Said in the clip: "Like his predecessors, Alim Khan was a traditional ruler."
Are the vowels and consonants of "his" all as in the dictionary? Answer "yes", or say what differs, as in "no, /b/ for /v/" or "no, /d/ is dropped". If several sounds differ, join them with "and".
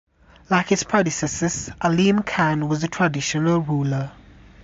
no, /s/ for /z/